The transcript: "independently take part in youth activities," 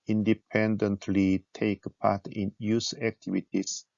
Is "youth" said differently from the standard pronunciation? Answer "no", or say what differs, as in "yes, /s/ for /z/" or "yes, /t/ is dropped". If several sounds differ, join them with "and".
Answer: yes, /s/ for /θ/